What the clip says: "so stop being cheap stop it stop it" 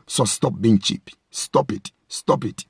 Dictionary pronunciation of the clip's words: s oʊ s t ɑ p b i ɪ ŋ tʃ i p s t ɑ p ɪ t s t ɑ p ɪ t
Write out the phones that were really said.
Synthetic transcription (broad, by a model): s oʊ s t ɑ p b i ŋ tʃ i p s t ɑ p ɪ t s t ɑ p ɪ t